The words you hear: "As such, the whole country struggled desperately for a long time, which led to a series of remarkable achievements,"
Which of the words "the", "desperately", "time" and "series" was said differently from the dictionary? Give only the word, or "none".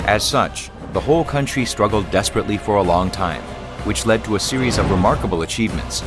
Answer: none